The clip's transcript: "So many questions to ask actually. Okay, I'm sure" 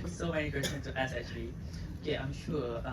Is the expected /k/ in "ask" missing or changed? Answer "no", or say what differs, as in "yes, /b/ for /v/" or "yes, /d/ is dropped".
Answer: yes, /k/ is dropped